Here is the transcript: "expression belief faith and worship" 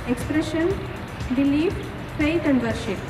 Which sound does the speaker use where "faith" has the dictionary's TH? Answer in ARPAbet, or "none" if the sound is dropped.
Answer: T